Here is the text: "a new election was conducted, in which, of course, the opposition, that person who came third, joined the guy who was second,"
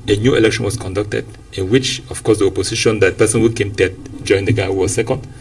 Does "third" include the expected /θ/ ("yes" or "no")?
no